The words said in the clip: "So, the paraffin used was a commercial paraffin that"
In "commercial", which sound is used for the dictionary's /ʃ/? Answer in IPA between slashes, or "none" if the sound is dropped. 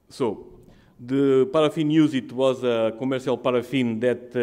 /s/